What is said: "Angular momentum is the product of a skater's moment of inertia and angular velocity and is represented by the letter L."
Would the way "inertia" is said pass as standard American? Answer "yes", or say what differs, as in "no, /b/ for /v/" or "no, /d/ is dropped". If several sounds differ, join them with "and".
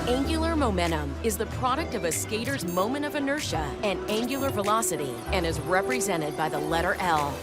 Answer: yes